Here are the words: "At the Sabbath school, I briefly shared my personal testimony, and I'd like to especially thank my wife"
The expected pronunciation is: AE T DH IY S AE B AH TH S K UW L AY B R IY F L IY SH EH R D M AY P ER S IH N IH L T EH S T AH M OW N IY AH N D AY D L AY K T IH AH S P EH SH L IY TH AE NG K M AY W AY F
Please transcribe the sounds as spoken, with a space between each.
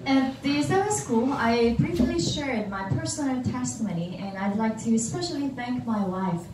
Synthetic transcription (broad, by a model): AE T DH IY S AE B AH S K UW L AY B R IY F L IY SH EH R D M AY P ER S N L T EH S T AH M OW N IY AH N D AY D L AY K T IH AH S P EH SH L IY TH AE NG K M AY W AY F